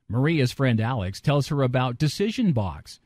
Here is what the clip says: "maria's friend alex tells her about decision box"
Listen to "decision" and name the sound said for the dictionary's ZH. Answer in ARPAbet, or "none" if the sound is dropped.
ZH